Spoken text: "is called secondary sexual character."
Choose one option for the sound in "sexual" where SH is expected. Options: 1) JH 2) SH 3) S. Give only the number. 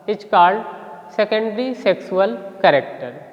3